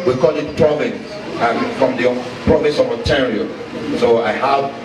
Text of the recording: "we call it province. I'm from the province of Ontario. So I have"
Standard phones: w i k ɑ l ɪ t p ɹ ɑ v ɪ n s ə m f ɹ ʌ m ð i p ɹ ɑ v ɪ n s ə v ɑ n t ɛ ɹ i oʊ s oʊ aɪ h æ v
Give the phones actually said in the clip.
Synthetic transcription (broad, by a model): w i k ɑ l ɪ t p ɹ ɑ v ɪ n s ə m f ɹ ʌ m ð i p ɹ ɑ v ɪ n s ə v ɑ t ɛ ɹ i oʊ s oʊ aɪ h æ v